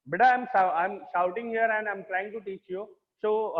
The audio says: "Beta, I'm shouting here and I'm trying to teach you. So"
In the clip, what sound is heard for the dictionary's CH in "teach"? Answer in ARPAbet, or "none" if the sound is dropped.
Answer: CH